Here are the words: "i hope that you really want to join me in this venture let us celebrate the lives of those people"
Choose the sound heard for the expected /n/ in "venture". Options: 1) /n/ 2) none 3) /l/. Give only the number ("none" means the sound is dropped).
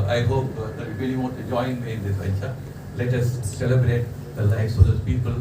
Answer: 2